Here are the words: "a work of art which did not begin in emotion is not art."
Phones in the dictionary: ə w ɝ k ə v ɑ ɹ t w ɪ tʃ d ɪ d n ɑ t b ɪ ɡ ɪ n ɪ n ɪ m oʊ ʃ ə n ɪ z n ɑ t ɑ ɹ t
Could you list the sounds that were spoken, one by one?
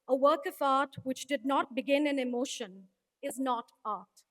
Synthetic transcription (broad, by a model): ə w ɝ k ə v ɑ ɹ t w ɪ tʃ d ɪ d n ɑ t b ɪ ɡ ɪ n ɪ n ɪ m oʊ ʃ ə n ɪ z n ɑ t ɑ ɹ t